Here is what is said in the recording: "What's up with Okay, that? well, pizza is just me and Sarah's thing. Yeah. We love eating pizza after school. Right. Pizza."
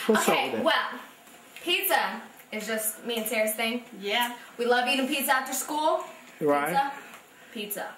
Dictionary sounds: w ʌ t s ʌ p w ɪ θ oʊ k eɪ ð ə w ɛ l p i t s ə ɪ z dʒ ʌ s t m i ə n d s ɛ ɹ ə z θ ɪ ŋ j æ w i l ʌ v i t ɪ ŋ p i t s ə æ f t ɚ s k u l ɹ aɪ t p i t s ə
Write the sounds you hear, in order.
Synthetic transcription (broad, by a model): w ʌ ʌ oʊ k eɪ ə w ɛ l p i t s ə ɪ z dʒ ʌ s t m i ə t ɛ ɹ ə s θ ɪ ŋ j æ w i l ʌ v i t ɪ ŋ p i t s ə æ f t ɚ s k u l ɹ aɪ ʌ p i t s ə